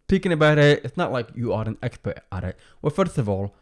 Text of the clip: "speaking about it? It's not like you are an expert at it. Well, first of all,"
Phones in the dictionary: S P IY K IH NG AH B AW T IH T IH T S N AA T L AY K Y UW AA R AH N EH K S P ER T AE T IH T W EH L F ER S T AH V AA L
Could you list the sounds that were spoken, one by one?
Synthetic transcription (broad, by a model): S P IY K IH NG AH B AW T IH T IH T S N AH T L AY K Y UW AA R AH N EH K S P ER T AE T IH T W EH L F ER S T AH V AA L